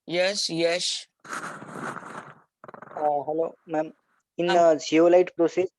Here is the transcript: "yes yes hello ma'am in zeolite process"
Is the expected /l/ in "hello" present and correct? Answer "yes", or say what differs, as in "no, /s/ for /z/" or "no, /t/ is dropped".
yes